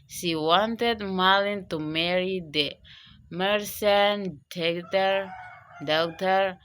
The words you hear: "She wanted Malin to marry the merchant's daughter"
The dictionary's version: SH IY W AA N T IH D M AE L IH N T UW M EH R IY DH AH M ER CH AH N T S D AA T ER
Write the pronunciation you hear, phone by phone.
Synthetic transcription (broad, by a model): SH IY W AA N T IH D M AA L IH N T UW M EH R IY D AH M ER S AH N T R D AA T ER